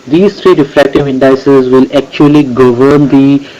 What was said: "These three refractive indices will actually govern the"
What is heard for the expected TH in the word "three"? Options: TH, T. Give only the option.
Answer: T